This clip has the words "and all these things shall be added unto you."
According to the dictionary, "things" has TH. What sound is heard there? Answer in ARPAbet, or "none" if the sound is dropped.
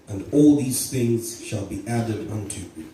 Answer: TH